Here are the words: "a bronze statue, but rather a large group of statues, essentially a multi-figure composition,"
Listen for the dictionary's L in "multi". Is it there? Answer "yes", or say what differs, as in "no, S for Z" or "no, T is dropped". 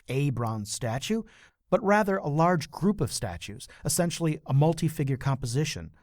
yes